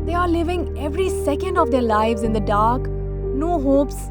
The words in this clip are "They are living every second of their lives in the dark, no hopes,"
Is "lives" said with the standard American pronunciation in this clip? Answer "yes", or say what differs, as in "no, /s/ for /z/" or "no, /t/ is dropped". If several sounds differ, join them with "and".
yes